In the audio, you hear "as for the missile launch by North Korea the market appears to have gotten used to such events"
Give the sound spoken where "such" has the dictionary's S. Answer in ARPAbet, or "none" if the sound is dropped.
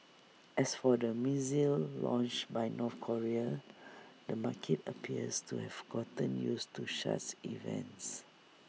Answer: SH